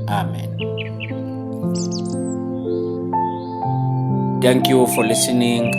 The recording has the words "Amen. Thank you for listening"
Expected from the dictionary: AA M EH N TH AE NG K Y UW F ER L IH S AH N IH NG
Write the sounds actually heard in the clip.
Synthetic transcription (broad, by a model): AA M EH N T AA NG K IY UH F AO L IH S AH N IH NG